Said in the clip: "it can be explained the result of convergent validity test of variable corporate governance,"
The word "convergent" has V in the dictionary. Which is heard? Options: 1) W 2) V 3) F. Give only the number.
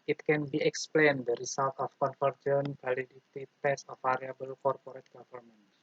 3